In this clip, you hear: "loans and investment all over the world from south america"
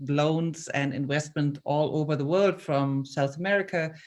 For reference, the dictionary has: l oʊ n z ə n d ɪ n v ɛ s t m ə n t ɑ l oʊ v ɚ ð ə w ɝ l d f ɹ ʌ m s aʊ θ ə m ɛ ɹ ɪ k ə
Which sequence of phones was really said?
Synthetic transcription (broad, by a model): l oʊ n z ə n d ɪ n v ɛ s t m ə n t ɑ l oʊ v ɚ ð ə w ɝ l d f ɹ ʌ m s aʊ θ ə m ɛ ɹ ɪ k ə